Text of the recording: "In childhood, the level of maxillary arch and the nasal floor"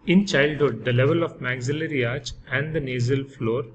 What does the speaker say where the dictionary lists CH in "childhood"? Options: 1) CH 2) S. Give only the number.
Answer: 1